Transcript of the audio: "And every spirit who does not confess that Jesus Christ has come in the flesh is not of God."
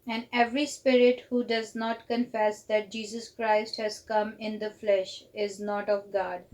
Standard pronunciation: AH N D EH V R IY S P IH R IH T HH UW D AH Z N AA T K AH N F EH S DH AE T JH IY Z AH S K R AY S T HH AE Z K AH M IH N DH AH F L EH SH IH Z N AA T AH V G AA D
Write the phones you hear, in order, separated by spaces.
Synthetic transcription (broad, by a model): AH N D EH V R IY S P IH R IH T HH UW D AH Z N AA T K AH N F EH S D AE T JH IY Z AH S K R AY S T HH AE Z K AH M IH N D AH F L EH SH IH Z N AA T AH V G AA D